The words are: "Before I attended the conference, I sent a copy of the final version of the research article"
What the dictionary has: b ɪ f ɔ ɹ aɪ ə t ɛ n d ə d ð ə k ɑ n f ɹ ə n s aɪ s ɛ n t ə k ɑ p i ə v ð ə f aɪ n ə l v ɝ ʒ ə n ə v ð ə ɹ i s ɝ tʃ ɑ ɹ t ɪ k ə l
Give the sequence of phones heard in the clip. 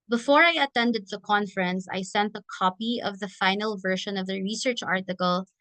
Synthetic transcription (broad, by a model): b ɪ f ɔ ɹ aɪ ə t ɛ n d ə d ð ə k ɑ n f ɹ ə n s aɪ s ɛ n t ə k ɑ p i ə v ð ə f aɪ n ə l v ɝ ʃ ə n ə v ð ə ɹ i s ɝ tʃ ɑ ɹ t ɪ k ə l